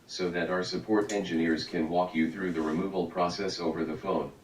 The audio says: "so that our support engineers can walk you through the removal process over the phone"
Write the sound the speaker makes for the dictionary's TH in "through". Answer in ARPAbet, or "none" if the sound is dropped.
TH